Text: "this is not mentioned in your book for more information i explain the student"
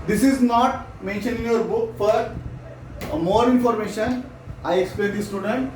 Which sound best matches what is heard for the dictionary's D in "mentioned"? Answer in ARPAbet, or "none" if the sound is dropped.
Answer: none